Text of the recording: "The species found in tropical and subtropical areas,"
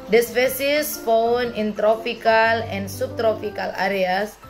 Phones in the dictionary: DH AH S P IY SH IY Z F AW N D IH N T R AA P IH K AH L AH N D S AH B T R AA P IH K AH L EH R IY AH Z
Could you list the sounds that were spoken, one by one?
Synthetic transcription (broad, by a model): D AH S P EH S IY S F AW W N IH N T R AA P IH K AH L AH N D S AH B T R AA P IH K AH L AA R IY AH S